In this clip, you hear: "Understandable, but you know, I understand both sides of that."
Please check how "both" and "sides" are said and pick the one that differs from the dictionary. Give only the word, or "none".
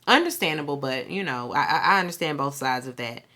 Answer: none